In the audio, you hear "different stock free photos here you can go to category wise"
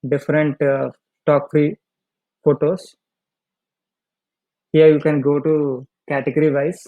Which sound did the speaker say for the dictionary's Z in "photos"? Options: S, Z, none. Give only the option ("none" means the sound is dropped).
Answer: S